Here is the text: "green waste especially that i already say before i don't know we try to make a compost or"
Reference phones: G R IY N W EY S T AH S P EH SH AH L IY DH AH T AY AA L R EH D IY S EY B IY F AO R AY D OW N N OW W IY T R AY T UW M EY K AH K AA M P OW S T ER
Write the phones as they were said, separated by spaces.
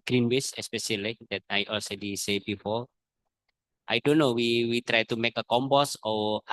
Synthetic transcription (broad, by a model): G R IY N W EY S AH S P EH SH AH L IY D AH T AY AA L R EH D IY S EY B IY F AO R AY D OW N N OW W IY T R AY T UW M EY K AH K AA M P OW S AO